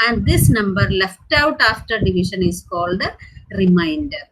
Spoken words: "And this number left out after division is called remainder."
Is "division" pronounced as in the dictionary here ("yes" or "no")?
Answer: no